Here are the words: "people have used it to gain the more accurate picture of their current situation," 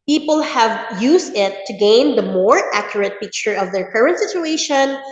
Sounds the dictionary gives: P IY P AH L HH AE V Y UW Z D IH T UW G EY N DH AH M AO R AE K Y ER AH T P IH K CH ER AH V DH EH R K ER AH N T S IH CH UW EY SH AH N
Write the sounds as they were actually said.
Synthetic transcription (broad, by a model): P IY P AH L HH AE V Y UW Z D IH T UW G EY N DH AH M AO R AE K Y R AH T P IH K CH ER AH V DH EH R K ER AH N T S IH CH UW EY SH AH N